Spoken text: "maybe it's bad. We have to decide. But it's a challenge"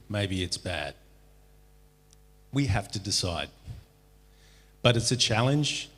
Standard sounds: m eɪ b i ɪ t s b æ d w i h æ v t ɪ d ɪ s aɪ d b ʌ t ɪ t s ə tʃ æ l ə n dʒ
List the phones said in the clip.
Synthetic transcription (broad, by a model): m eɪ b i ɪ t s b æ d w i h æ f t ɪ d ɪ s aɪ d b ʌ t ɪ t s ə tʃ æ l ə n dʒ